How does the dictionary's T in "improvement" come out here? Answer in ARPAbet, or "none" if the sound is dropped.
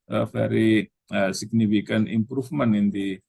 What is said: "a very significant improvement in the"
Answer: none